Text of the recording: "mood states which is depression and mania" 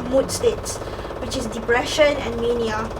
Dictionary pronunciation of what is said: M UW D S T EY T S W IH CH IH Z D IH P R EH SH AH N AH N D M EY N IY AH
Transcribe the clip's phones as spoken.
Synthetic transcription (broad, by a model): M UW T S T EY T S W IH CH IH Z D IH P R EH SH AH N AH N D M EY N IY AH